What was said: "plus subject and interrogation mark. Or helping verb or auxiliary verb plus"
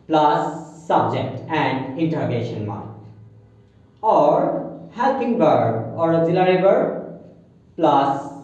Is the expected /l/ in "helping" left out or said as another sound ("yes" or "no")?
no